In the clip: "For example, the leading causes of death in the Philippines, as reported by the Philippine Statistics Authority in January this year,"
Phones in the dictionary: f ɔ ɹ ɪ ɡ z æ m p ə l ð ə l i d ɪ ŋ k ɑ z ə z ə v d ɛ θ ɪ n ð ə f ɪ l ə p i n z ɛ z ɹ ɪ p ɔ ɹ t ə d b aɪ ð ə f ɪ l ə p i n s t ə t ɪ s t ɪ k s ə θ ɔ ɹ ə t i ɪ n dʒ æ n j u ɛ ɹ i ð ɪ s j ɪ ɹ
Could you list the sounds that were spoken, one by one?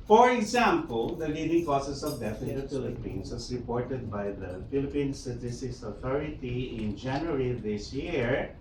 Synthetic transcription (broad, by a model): f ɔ ɹ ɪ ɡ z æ m p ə l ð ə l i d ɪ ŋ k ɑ s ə s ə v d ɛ f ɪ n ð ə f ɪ l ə p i n s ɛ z ɹ ɪ p ɔ ɹ t ə d b aɪ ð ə f ɪ l ə p i n s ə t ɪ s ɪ s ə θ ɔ ɹ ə t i ɪ n dʒ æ n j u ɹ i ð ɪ s j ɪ ɹ